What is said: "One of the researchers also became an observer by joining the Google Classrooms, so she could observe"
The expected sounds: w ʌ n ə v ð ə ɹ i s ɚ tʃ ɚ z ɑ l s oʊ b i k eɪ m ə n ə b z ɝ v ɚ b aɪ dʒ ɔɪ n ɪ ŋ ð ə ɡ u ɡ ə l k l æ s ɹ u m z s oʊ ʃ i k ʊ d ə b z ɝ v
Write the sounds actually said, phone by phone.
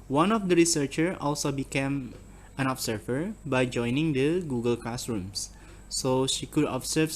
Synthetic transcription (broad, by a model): w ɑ n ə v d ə ɹ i s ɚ tʃ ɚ ɑ l s oʊ b i k eɪ m ə n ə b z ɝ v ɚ b aɪ dʒ ɔɪ n ɪ ŋ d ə ɡ u ɡ ə l k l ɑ s ɹ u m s s oʊ ʃ i k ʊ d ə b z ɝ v